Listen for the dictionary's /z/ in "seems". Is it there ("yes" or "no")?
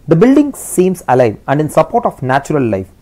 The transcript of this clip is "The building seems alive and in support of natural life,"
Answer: no